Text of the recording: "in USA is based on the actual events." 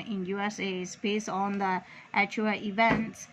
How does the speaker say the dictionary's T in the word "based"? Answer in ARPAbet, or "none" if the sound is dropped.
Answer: none